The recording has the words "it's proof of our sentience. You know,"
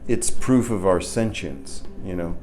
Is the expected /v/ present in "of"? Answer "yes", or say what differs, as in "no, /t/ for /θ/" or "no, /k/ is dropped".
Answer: yes